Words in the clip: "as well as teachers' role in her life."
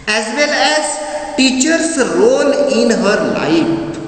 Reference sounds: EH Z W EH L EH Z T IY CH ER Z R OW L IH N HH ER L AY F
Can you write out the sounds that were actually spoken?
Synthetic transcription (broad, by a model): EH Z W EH L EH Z T IY CH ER S R OW N IH N HH ER L AY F